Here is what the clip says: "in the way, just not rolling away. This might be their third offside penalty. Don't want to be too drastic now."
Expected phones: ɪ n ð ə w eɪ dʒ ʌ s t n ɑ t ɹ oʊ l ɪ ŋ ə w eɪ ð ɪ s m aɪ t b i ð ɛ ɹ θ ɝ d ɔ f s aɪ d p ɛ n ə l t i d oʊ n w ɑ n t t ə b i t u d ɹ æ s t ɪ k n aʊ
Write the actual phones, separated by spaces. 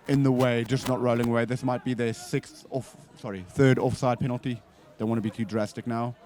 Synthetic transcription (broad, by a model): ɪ n ð ə w eɪ dʒ ʌ s n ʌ t ɹ oʊ l ɪ ŋ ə w eɪ ð ɪ s m aɪ t b i ð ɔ ɹ θ ɝ d ɔ f s aɪ d p ɛ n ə l t i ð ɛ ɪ w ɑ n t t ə b i t u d ɹ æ s t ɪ k n aʊ